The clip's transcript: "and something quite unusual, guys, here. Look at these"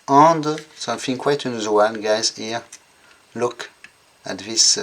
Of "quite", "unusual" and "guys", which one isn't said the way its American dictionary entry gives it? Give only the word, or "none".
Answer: unusual